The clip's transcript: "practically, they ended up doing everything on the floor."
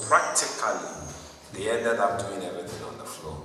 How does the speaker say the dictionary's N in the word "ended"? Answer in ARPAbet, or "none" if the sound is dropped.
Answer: none